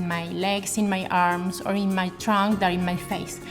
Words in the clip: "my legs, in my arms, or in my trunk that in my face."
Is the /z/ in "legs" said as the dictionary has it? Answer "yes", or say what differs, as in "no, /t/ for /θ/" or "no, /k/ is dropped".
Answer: no, /s/ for /z/